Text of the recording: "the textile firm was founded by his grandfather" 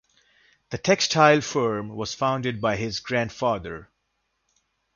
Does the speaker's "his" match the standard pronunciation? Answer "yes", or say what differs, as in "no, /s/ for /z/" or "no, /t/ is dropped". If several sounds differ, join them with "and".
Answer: yes